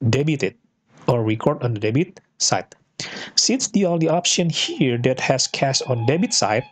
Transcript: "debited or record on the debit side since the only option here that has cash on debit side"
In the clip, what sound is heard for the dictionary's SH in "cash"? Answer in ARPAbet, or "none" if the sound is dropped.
S